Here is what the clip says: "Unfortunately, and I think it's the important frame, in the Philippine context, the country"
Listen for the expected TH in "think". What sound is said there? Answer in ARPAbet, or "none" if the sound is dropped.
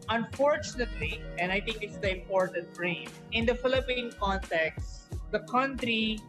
T